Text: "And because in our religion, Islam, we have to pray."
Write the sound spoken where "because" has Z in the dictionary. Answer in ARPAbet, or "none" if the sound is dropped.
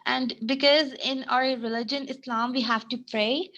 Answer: Z